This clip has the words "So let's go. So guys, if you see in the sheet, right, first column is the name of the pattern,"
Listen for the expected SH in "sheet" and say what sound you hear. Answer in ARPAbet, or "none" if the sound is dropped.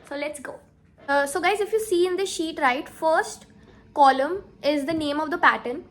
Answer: SH